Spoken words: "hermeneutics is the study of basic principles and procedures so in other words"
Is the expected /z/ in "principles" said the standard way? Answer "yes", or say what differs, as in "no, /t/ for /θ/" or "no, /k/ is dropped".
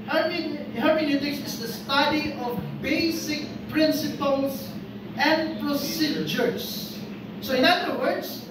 no, /s/ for /z/